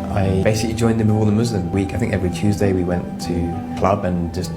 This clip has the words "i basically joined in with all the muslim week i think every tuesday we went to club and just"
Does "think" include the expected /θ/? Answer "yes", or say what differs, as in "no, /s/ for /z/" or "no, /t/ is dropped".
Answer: yes